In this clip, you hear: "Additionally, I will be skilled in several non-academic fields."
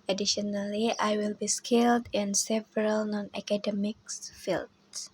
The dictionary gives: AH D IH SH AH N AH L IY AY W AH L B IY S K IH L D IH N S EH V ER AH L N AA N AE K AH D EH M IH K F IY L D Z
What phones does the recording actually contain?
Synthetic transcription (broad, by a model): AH D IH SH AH N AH L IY AY W AH L B IY S K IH L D IH N S EH V ER AH L N AA N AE K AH D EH M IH K F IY L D